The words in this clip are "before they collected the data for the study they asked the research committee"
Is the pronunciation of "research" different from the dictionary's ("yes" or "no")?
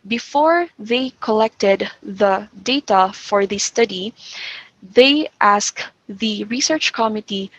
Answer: no